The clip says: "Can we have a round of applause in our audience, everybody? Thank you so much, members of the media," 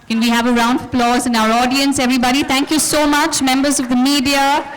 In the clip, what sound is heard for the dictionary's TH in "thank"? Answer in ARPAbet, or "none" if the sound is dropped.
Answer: T